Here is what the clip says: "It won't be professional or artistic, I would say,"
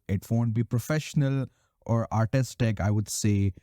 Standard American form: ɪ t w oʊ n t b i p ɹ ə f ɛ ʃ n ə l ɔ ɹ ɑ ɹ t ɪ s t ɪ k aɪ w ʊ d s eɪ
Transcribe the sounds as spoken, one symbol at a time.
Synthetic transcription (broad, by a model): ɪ t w oʊ n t b i p ɹ ə f ɛ ʃ n ə l ɔ ɹ ɑ ɹ t ɪ s t ɪ k aɪ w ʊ d s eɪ